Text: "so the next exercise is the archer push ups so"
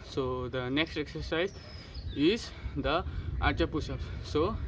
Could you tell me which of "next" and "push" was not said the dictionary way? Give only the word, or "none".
push